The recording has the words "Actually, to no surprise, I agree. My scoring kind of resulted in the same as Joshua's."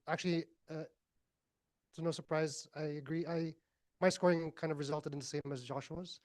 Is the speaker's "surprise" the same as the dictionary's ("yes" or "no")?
yes